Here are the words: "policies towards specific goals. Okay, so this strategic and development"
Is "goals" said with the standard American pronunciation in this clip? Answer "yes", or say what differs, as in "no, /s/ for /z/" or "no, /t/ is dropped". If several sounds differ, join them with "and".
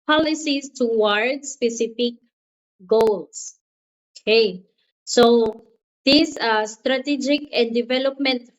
no, /s/ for /z/